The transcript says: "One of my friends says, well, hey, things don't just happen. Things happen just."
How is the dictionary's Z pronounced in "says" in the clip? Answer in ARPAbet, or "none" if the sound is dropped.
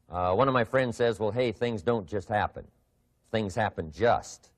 Z